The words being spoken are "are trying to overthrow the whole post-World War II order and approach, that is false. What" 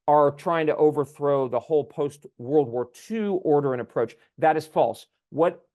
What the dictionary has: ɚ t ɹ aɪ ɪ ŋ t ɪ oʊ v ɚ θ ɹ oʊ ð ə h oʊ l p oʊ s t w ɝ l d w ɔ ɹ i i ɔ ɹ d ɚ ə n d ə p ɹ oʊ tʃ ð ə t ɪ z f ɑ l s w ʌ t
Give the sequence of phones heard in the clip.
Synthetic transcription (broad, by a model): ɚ t ɹ aɪ ɪ ŋ t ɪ oʊ v ɚ θ ɹ oʊ ð ə h oʊ l p oʊ s t w ɝ l d w ɔ ɹ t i ɔ ɹ d ɚ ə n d ə p ɹ oʊ tʃ ð ə t ɪ z f ɑ l s w ʌ t